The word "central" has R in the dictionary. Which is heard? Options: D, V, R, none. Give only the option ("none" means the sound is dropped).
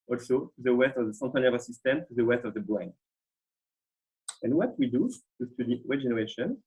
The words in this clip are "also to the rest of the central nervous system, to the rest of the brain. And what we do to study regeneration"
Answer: none